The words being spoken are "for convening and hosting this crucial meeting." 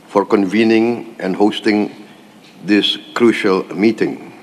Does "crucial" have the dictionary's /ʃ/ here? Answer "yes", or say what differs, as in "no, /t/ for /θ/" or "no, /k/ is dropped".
yes